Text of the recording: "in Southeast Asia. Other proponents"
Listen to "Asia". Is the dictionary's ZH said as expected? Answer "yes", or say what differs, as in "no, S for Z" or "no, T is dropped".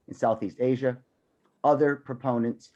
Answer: yes